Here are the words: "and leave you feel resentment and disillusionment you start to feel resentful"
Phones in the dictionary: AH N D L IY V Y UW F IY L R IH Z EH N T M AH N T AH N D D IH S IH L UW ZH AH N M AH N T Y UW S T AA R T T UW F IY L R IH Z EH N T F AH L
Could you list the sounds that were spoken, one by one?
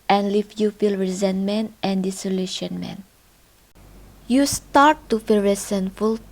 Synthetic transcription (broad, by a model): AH N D L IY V Y UW F IY L R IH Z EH N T M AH N T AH N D D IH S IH L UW SH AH N M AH N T Y UW S T AA R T T UW F IY L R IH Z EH N F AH L